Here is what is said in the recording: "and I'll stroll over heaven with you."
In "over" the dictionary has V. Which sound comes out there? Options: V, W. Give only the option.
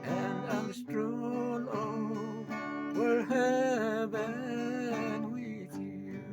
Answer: W